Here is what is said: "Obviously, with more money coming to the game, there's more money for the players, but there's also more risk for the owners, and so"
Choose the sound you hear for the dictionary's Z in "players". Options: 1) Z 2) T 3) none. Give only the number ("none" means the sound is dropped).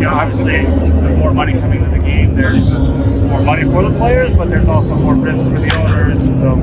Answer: 1